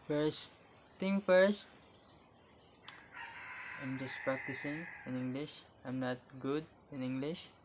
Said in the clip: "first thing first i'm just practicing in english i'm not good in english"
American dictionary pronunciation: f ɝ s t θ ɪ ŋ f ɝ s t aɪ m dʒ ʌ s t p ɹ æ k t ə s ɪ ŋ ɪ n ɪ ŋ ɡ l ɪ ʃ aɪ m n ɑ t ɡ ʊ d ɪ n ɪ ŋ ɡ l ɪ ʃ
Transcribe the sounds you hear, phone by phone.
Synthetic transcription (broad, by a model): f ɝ s t t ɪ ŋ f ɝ s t aɪ m dʒ ʌ s t p ɹ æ k t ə s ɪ ŋ ɪ n ɪ ŋ ɡ l ɪ ʃ aɪ m n ɑ t ɡ ʊ d ɪ n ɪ ŋ ɡ l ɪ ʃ